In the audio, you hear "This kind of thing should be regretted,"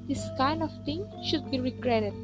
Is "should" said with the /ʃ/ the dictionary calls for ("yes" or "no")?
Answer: yes